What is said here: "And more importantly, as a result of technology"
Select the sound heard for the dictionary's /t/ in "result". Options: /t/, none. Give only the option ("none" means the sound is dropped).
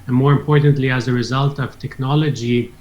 /t/